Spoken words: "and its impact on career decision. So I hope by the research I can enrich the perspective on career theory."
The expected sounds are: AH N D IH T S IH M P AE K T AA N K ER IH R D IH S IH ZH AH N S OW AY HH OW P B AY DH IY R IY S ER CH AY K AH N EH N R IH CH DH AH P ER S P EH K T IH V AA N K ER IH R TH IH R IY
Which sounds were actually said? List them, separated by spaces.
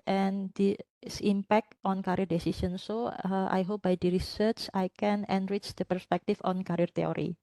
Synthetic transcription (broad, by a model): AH N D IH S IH M P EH K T AA N K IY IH R D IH S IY S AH N S OW AY HH OW P B AY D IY R IY S ER CH AY K AH N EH N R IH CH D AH P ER S P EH K T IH F AA N K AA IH R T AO R IY